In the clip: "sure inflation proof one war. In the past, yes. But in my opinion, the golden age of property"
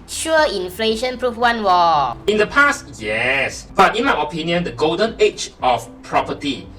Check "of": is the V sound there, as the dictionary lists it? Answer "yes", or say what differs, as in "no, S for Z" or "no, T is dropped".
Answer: no, F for V